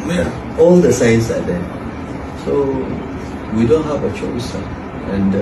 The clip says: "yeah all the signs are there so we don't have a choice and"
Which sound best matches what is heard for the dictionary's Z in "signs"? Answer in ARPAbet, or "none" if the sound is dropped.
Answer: S